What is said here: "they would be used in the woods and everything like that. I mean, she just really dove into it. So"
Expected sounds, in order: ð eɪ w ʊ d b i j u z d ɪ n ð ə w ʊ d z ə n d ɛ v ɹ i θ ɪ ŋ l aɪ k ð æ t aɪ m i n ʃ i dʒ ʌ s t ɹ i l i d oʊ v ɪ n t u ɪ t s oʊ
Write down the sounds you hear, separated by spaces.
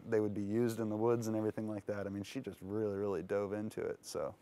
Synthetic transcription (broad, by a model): ð eɪ w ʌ d b i j u z d ɪ n ð ə w ʊ d z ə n ɛ v ɹ i θ ɪ ŋ l aɪ k ð æ t aɪ m i n ʃ i dʒ ʌ s t ɹ i l i d oʊ v ɪ n t u ɪ t s oʊ